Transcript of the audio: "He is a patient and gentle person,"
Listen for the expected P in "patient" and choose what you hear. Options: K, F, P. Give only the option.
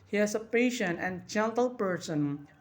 P